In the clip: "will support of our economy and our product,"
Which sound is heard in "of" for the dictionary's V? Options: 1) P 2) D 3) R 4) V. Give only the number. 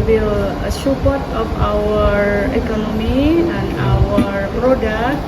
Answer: 1